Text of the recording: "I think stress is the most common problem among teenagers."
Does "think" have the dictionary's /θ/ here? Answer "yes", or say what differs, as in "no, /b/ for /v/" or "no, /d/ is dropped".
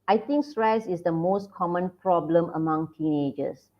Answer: no, /t/ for /θ/